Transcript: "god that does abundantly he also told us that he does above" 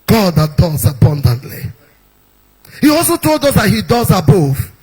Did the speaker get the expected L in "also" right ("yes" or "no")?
yes